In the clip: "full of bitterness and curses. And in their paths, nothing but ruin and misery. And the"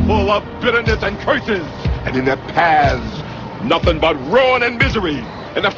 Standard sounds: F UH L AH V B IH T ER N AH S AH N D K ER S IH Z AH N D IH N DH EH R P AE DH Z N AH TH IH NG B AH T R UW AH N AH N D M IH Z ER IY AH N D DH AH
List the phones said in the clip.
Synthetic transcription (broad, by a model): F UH L AH V B IH T ER N AH S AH N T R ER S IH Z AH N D IH N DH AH R P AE Z N AH TH IH NG B AH T R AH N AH N M IH Z ER IY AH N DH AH